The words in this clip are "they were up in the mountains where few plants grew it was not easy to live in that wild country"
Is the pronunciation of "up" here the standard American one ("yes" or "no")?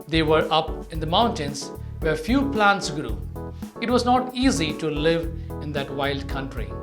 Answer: yes